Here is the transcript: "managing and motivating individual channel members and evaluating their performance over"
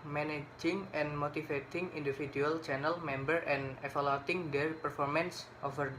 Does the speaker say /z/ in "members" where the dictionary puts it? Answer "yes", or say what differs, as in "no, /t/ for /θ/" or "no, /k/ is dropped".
no, /z/ is dropped